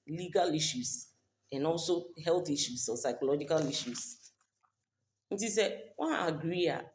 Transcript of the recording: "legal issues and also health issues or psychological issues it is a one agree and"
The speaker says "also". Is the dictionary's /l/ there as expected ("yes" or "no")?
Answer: yes